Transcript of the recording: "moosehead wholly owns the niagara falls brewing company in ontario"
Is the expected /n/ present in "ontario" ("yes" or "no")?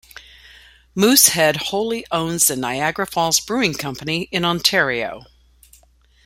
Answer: yes